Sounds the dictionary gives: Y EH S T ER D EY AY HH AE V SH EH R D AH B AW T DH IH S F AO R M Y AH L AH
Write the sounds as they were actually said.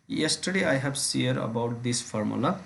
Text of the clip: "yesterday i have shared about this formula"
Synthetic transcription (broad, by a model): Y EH S T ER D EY AY HH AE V S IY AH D AH B AW T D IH S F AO R M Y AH L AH